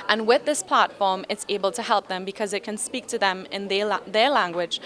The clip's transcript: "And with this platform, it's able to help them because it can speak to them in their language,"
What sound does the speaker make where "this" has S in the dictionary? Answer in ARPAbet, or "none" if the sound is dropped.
S